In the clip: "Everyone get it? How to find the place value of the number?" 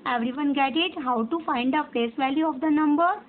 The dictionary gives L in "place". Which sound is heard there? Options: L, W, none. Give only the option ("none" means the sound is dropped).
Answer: none